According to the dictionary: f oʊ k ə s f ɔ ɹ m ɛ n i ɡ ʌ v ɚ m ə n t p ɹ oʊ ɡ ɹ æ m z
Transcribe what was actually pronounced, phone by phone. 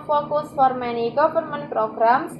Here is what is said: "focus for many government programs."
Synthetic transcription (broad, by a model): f oʊ k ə s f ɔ ɹ m ɛ n i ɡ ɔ p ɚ m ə n p ɹ oʊ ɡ ɹ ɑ m